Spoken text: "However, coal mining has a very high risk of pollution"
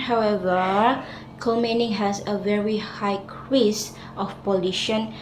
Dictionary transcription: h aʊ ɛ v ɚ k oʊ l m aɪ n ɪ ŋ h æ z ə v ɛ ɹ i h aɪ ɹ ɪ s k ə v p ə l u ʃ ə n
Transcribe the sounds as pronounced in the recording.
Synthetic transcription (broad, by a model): h aʊ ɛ v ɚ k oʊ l m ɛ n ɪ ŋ h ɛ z ə v ɛ ɹ i h aɪ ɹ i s ə f p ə l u ʃ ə n